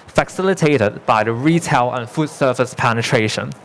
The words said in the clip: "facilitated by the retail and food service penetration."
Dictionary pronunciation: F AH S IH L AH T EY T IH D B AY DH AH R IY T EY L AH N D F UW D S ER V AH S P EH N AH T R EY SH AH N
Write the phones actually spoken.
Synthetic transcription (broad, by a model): F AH S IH L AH T EY T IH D B AY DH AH R IY T EY L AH N F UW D S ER F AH S P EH N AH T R EY SH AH N